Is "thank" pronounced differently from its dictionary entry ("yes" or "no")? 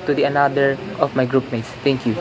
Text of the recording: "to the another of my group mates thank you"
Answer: yes